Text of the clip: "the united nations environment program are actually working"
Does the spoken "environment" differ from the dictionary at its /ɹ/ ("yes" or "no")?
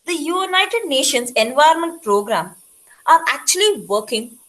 yes